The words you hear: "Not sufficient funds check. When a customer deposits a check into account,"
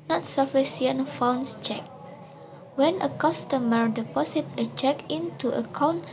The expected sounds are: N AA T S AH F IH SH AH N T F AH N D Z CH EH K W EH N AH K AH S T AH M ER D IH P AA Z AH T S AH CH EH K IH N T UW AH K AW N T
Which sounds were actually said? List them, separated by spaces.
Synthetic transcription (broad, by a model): N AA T S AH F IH S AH N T F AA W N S CH EH K W EH N AH K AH S T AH M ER D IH P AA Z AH T AH CH EH K IH N T UW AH K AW N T